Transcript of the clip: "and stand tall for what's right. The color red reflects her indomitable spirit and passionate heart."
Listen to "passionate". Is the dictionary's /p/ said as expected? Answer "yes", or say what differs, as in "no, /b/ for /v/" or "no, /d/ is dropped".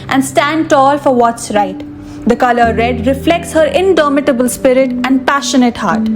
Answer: yes